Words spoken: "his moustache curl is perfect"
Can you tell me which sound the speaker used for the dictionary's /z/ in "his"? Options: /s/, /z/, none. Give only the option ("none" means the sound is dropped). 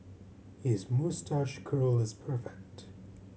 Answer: /z/